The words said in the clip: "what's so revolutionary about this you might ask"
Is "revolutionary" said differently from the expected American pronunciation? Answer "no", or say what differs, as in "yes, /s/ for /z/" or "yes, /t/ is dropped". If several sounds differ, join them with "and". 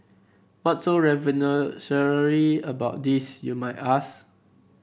yes, /n/ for /l/